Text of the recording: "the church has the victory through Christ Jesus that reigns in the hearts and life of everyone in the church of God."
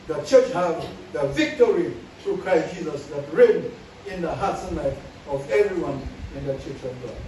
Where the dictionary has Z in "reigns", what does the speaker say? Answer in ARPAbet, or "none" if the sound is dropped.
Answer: none